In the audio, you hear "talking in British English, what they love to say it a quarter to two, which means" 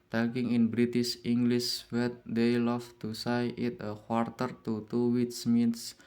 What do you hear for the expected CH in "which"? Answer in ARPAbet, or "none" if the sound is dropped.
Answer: S